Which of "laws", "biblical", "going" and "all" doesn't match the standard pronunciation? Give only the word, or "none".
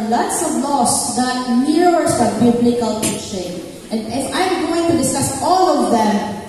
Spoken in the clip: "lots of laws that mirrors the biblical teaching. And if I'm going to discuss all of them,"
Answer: laws